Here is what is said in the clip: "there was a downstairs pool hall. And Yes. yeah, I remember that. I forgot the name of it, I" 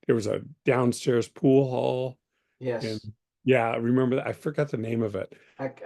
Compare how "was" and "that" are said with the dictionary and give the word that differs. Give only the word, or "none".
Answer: none